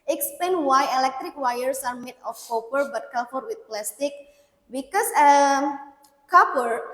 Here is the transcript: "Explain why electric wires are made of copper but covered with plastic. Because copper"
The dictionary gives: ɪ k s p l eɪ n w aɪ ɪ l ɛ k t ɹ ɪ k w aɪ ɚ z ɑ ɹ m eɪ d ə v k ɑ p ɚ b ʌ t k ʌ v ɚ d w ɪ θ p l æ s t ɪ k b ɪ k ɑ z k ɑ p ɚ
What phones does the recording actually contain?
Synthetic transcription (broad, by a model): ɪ k s p l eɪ n w aɪ ɪ l ɛ k t ɹ ɪ k w aɪ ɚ s ɑ ɹ m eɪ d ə f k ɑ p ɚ b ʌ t k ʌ f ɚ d w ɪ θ p l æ s t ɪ k b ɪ k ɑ s k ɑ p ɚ